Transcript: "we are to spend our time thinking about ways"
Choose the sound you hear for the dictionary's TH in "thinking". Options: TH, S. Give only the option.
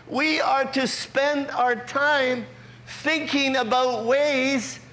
TH